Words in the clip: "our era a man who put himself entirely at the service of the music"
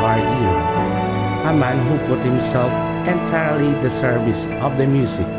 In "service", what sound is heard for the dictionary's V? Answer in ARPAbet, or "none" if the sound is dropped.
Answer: V